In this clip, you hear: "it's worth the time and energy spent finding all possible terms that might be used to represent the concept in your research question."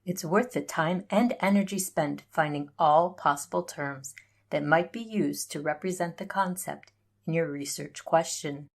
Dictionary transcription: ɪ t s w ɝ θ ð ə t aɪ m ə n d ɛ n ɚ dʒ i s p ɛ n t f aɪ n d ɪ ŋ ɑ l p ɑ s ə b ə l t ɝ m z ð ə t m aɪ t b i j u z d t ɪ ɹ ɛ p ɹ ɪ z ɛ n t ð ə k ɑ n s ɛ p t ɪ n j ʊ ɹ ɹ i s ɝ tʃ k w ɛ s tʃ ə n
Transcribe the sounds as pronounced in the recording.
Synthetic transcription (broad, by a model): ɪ t s w ɝ θ ð ə t aɪ m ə n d ɛ n ɚ dʒ i s p ɛ n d f aɪ n d ɪ ŋ ɑ l p ɑ s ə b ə l t ɝ m z ð ə t m aɪ t b i j u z t ɪ ɹ ɛ p ɹ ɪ z ɛ n ð ə k ɑ n s ɛ p t ɪ n j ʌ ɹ ɹ i s ɝ tʃ k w ɛ s tʃ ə n